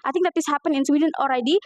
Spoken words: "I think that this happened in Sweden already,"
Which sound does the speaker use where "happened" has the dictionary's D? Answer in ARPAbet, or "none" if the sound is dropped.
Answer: none